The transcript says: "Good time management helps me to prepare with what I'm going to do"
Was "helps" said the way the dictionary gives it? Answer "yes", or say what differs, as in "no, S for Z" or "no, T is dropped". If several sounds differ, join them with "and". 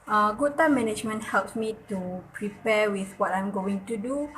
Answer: yes